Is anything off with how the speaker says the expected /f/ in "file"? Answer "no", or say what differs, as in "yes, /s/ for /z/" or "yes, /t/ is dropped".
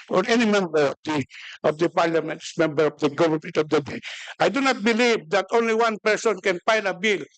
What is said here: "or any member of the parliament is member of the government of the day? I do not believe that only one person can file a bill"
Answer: yes, /p/ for /f/